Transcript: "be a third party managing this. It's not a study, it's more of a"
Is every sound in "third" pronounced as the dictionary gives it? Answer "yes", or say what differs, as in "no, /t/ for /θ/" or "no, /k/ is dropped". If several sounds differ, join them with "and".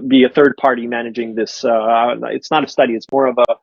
yes